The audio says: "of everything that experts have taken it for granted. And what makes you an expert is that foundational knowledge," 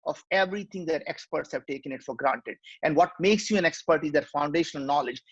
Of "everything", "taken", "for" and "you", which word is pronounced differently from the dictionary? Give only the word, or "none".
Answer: everything